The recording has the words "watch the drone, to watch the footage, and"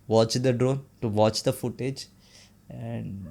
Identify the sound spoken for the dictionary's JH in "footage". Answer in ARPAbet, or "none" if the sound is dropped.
JH